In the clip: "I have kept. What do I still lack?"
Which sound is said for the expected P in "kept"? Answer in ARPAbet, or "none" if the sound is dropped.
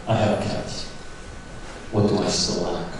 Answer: none